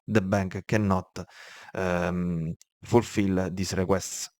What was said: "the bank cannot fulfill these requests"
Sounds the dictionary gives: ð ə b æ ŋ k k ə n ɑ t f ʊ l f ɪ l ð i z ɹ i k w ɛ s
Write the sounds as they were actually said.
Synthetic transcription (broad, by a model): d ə b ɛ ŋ k k ə n ɑ t f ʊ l f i l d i s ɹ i k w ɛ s